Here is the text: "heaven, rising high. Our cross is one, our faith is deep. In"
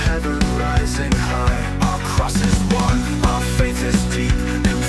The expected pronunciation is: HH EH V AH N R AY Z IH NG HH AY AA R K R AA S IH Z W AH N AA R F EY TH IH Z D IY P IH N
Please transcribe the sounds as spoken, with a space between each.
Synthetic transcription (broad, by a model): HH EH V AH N R AY Z IH NG HH AY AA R K R AA S IH Z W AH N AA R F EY T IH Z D IY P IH